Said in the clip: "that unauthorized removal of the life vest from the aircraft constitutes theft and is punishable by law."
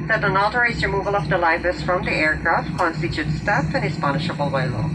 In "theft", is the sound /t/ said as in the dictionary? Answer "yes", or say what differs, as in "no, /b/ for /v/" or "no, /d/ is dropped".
no, /t/ is dropped